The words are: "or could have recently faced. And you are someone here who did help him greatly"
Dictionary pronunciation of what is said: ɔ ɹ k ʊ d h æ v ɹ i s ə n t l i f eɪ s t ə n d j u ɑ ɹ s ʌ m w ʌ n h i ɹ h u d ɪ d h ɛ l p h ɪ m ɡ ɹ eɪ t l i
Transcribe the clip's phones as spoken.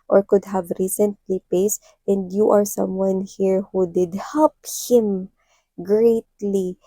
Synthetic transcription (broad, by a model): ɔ ɹ k ʊ d h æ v ɹ i s ə n t l i p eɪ s t ə n d j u ɑ ɹ s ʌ m w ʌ n h i ɹ h u d ɪ d h ɛ l p h ɪ m ɡ ɹ eɪ t l i